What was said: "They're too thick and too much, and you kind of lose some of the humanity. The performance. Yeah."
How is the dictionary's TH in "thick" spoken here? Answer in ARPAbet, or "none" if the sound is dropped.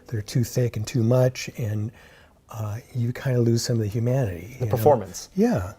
TH